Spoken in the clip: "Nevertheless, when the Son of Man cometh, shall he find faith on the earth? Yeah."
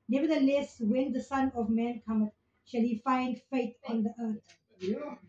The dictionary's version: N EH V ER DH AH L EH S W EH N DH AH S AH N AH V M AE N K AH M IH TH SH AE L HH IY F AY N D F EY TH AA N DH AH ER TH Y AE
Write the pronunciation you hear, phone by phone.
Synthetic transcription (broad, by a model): N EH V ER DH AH L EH S W EH N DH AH S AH N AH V M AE N K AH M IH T SH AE L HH IY F AY N D F EY T AA N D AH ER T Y